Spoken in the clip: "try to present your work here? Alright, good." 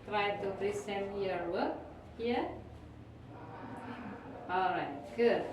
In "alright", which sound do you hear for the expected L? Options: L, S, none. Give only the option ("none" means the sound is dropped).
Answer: L